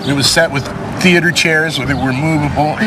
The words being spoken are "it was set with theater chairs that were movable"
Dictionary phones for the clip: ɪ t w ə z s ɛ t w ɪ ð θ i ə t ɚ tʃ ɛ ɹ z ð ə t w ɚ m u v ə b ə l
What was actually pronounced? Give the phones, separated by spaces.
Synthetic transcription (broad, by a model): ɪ t w ə z s ɛ t w ɪ ð θ i ə t ɚ tʃ ɛ ɹ z ð ə t w ɚ m u v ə b l